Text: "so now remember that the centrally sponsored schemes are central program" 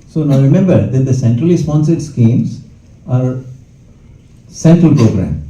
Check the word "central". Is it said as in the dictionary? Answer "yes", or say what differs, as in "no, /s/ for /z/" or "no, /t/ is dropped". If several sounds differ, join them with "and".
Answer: yes